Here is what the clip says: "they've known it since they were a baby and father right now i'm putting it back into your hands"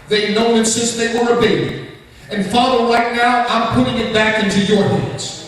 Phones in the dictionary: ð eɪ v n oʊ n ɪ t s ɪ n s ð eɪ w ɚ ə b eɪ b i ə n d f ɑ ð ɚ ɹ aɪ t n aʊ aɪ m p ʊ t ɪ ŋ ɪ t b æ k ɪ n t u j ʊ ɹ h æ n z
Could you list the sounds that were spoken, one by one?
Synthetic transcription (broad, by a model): ð eɪ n oʊ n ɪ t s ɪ s ð eɪ w ɚ ə b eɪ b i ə n f ɑ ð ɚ ɹ aɪ t n aʊ aɪ m p ʊ t ɪ ŋ ɪ t b æ k ɪ n t u j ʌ ɹ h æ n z